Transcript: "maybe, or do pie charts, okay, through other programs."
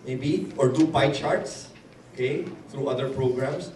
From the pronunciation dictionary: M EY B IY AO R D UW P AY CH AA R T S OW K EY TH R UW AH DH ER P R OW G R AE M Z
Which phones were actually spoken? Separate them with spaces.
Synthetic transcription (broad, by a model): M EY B IY AO R D UW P AY CH AA R T S OW K EY T R UW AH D ER P R OW G R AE M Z